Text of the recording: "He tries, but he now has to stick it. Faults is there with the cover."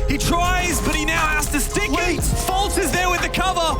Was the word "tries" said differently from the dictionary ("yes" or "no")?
no